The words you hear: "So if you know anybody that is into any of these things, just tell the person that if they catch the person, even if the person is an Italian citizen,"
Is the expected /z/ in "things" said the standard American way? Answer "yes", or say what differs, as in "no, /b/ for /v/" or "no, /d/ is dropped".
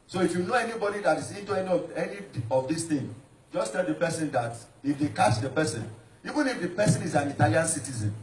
no, /z/ is dropped